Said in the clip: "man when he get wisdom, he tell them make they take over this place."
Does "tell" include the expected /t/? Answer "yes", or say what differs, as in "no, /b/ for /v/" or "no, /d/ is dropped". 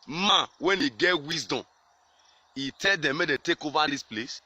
yes